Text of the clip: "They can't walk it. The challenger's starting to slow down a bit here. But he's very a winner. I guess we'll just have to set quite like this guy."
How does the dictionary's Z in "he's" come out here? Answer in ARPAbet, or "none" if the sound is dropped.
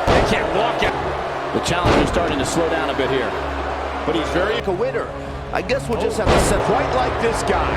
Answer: Z